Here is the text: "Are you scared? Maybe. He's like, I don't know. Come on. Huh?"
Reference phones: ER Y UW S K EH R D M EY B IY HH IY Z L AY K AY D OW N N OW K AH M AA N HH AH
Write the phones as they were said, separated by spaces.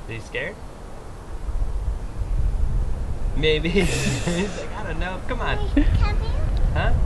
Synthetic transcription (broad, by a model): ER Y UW S K EH R D M EY IY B IY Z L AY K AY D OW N N OW K AH M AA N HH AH